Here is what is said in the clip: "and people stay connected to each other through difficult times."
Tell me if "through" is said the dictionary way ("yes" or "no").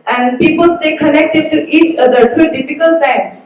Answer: no